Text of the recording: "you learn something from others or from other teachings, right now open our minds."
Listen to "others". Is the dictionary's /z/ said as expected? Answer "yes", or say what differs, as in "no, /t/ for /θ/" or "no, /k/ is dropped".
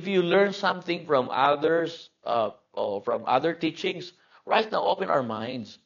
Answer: no, /s/ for /z/